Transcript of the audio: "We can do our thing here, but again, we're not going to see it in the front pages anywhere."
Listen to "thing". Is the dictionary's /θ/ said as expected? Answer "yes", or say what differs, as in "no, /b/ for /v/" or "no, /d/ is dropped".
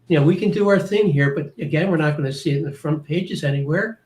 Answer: yes